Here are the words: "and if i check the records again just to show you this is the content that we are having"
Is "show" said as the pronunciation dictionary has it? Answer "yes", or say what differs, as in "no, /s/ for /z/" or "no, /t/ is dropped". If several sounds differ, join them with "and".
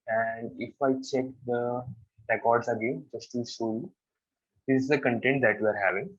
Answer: no, /s/ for /ʃ/